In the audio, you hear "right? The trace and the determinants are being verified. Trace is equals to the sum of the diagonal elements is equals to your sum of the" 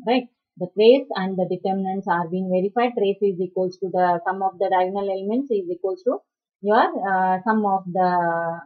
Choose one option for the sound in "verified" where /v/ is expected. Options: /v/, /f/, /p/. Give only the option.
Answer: /v/